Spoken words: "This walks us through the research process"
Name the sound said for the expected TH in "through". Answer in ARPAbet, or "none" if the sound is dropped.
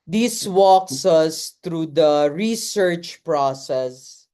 T